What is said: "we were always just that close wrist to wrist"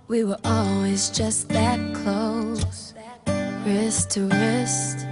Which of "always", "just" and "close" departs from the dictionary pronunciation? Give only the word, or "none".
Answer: close